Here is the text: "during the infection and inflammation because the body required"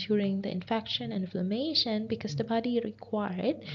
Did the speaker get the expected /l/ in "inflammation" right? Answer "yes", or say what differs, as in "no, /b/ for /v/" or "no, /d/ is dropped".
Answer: yes